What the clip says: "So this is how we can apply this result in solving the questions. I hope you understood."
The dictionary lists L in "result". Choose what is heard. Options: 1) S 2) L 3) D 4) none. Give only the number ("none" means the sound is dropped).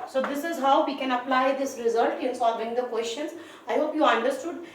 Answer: 2